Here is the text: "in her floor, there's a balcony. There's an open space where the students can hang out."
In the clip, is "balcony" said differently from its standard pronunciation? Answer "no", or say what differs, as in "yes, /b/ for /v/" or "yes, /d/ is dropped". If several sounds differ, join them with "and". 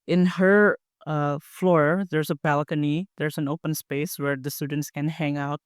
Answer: no